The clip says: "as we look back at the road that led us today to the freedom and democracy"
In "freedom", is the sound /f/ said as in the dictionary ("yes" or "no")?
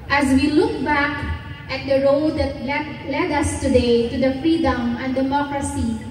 yes